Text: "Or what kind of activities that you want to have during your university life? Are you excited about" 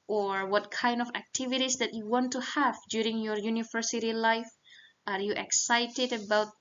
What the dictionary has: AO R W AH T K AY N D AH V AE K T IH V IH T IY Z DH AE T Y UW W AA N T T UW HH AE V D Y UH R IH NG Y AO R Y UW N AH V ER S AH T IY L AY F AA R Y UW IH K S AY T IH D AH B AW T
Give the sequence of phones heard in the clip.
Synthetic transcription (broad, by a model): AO R W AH T K AY N D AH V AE K T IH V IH T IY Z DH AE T Y UW W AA N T T UW HH AE V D Y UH R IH NG Y AO R Y UW N AH V ER S AH T IY L AY F AA R Y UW IH K S AY T IH D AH B AW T